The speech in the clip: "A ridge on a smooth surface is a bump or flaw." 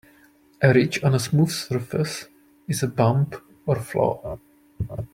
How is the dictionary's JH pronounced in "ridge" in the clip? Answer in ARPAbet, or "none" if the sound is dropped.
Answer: CH